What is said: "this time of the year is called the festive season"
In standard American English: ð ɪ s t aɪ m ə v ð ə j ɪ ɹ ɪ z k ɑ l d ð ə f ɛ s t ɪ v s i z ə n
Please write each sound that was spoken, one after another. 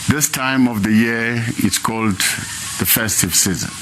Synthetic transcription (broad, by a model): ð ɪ s t aɪ m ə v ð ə j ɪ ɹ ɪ s k ɑ l d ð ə f ɛ s t ɪ v s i z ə n